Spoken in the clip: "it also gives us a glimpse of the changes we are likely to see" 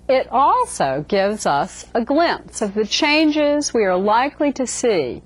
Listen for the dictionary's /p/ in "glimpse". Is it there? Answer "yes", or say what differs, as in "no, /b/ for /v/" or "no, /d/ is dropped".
yes